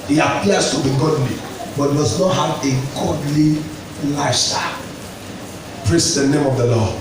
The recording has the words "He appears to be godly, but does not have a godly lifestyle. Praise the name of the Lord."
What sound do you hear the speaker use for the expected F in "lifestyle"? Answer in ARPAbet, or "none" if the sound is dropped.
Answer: none